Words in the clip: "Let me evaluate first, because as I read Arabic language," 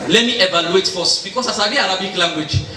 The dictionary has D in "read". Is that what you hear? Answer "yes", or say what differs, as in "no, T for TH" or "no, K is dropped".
no, D is dropped